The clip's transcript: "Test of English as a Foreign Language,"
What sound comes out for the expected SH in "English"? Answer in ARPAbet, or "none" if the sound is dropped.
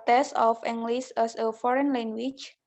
S